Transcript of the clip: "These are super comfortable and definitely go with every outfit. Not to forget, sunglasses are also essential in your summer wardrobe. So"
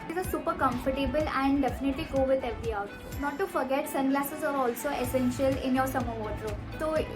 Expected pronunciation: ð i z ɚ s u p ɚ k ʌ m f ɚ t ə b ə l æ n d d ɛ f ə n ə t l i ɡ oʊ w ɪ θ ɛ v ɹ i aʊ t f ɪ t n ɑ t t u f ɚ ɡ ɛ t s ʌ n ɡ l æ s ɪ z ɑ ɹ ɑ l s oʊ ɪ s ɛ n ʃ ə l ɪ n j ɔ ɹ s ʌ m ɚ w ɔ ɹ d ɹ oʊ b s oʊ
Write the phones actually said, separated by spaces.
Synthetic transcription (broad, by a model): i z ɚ s u p ɚ k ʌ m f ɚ t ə b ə l æ n d d ɛ f ə n ə t l i ɡ oʊ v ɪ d ɛ v ɹ i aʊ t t n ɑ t t u f ɚ ɡ ɛ t s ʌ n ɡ l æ s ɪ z ɑ ɹ ɑ l s oʊ ɪ s ɛ n ʃ ə l ɪ n j ɔ ɹ s ʌ m ɚ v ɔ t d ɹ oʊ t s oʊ